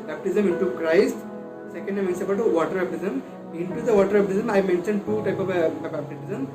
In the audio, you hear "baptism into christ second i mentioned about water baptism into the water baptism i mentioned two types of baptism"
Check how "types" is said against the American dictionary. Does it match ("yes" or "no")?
no